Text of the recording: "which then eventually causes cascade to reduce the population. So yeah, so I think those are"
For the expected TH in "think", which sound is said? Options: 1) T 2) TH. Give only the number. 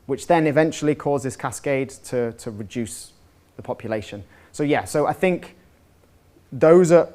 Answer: 2